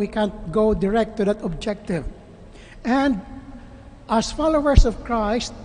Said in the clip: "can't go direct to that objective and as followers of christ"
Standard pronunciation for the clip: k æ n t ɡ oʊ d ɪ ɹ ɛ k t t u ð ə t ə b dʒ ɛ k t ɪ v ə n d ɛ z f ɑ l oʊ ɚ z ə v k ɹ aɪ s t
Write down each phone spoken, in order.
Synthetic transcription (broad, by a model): k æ n t ɡ oʊ d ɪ ɹ ɛ k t t u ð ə t ə b dʒ ɛ k t ɪ v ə n d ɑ s f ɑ l oʊ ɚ s ə v k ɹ aɪ s t